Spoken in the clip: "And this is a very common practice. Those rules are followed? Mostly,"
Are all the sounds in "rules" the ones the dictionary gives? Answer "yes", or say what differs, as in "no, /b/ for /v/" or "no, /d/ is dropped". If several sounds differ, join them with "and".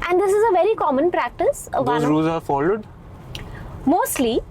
no, /l/ is dropped